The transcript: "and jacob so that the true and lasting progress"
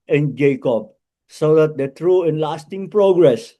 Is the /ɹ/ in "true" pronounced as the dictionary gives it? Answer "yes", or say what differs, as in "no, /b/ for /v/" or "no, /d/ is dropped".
yes